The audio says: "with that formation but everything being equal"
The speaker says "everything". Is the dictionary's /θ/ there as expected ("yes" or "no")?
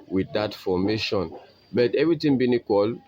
no